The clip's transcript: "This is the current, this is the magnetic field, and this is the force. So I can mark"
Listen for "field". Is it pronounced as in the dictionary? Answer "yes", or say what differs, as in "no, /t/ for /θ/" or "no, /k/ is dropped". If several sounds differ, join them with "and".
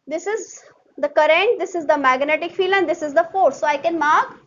no, /d/ is dropped